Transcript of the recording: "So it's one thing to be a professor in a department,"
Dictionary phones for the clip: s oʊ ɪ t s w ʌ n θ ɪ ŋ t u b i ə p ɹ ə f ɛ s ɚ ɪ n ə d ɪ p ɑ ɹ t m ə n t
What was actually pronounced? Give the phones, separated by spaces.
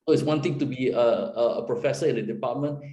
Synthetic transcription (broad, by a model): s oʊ ɪ t s w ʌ n t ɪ ŋ t u b i ə p ɹ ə f ɛ s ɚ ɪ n ə d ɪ p ɑ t m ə n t